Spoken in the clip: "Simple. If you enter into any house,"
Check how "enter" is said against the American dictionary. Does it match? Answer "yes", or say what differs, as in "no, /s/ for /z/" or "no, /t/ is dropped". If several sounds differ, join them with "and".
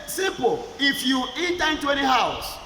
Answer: no, /n/ is dropped